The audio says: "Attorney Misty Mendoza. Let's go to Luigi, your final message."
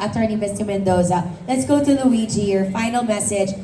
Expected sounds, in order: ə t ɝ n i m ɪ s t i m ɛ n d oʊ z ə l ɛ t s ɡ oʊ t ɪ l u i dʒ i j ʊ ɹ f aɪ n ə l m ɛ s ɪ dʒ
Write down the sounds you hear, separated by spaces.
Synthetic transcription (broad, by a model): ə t ɝ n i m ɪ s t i m ɛ n d oʊ z ə l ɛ t s ɡ oʊ t ɪ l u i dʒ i j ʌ ɹ f aɪ n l m ɛ s ɪ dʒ